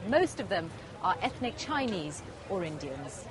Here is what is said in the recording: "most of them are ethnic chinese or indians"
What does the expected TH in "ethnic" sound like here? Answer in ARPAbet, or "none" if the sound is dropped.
TH